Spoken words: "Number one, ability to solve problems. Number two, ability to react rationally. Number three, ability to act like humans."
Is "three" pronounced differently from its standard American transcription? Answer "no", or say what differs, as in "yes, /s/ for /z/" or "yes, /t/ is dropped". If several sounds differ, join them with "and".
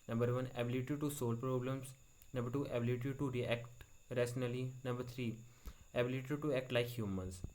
yes, /t/ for /θ/